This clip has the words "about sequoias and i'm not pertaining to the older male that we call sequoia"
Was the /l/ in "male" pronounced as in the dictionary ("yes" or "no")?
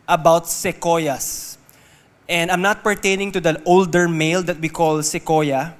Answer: yes